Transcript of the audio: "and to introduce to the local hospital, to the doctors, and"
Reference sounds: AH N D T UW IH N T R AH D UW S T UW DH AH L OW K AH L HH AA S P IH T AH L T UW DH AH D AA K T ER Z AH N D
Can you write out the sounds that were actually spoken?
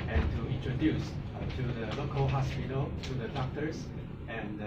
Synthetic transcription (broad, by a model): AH N T UW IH N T R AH D UW S T UW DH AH L OW K AH L HH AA S P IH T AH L T UW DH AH D AA K T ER S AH N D